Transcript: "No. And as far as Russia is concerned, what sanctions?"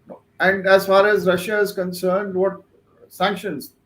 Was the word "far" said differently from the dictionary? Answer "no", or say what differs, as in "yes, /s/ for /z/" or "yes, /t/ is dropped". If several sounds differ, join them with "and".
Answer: no